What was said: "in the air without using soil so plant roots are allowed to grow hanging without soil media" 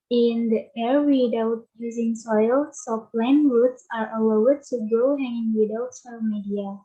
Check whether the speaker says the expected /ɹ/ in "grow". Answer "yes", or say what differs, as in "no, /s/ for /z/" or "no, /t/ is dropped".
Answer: no, /ɹ/ is dropped